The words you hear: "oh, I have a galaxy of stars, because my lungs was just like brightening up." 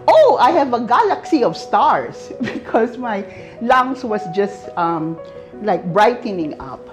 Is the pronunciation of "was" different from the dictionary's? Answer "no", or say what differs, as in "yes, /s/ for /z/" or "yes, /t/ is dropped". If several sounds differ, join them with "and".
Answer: yes, /s/ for /z/